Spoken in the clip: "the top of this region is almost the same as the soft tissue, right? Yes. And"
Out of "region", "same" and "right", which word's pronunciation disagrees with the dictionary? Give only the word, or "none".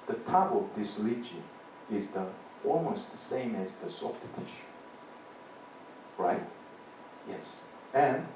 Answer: region